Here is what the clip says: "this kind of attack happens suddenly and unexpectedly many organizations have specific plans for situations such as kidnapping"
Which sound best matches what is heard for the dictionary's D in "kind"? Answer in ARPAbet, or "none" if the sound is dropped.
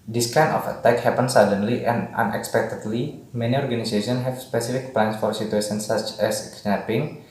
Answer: none